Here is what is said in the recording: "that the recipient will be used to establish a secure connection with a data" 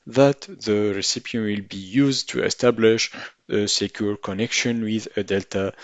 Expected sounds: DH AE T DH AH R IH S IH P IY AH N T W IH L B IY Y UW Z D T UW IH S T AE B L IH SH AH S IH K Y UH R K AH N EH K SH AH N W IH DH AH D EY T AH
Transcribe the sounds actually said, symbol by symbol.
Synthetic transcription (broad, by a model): DH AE T DH AH R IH S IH P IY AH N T W IH L B IY Y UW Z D T UW IH S T AE B L IH SH AH S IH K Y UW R K AH N EH K SH AH N W IH DH AH D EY T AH